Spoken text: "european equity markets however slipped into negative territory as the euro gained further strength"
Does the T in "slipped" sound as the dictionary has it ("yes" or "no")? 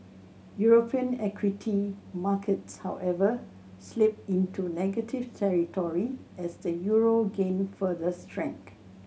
no